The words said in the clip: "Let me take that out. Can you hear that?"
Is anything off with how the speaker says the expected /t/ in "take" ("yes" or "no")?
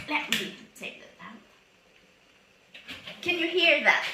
yes